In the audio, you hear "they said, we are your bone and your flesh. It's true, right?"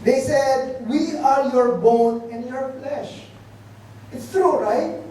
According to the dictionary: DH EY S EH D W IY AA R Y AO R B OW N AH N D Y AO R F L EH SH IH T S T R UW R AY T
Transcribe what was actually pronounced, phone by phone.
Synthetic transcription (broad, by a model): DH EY S EH D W IY AA R Y AO R B OW N AH N D Y AO R F L EH SH IH T S T R UW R AY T